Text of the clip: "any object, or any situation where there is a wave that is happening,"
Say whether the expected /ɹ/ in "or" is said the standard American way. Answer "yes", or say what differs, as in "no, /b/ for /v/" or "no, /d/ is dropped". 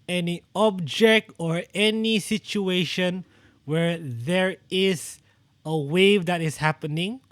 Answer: yes